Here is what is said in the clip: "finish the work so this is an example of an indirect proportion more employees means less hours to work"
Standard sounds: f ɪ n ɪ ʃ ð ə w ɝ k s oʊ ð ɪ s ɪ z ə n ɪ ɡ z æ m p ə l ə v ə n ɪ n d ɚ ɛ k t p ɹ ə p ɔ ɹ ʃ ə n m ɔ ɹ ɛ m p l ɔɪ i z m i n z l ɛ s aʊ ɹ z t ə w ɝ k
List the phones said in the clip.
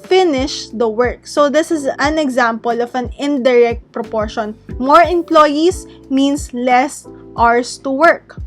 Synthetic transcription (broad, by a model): f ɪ n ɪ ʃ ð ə w ɝ k s oʊ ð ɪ s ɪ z ə n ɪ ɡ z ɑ m p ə l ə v ə n ɪ n d ɚ ɛ k t p ɹ ə p ɔ ɹ ʃ ə n m ɔ ɹ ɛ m p l ɔɪ i s m i n s l ɛ s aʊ ɹ s t ə w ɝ k